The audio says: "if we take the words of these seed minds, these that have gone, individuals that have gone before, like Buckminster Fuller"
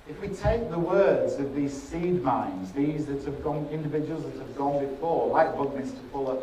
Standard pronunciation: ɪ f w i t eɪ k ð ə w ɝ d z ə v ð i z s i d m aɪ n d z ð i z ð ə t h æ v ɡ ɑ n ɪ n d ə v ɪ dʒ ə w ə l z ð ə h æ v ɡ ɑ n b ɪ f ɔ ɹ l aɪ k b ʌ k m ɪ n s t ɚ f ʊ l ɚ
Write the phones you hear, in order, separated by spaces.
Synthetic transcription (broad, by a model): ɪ f w i t eɪ k ð ə w ɝ d z ə v ð i z s i d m aɪ n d z ð i z ð ə t h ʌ v ɡ ɑ n ɪ n d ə v ɪ dʒ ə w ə l z ð ə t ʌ v ɡ ɑ n b ɪ f ɔ ɹ w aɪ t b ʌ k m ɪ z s t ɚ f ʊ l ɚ